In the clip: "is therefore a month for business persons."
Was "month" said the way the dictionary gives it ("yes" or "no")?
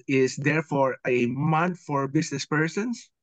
no